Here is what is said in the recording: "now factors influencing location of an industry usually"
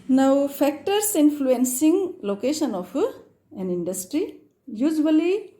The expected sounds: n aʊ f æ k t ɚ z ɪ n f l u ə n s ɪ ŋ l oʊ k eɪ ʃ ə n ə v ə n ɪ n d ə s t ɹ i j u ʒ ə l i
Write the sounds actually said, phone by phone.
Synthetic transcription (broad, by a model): n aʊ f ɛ k t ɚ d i n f l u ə n s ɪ ŋ l oʊ k eɪ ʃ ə n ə p ə n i n d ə s t ɹ i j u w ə l i